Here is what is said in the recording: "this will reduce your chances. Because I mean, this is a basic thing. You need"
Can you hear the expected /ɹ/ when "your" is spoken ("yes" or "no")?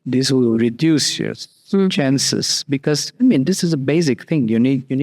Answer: no